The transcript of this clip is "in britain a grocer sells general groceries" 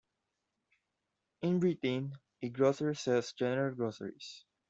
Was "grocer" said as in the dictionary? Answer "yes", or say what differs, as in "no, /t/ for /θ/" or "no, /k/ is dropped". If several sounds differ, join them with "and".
yes